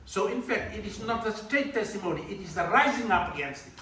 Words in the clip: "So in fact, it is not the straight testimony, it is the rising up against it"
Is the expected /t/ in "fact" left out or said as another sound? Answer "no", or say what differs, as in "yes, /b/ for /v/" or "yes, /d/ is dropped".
no